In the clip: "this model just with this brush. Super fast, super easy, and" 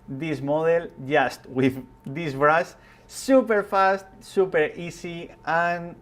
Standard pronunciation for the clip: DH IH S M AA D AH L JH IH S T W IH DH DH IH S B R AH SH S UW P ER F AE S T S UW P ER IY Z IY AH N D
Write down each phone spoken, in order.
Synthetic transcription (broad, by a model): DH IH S M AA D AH L JH IH S T W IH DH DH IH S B R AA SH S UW P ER F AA S T S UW P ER IY S IY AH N